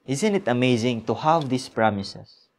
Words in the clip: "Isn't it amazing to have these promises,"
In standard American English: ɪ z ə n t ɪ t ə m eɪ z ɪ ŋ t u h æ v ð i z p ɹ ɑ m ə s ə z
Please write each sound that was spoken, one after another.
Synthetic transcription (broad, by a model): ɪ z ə n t ɪ t ə m eɪ z ɪ ŋ t u h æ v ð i s p ɹ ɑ m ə s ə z